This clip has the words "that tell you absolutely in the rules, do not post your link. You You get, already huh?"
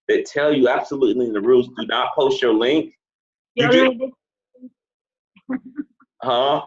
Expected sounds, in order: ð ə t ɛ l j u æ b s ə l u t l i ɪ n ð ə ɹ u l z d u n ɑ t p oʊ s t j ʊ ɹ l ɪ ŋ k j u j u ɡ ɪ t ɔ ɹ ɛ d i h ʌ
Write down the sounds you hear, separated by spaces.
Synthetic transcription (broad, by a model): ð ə t ɛ l j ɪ æ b s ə l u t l i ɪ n ð ə ɹ u l z d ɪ n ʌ t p oʊ s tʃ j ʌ ɹ l ɪ ŋ k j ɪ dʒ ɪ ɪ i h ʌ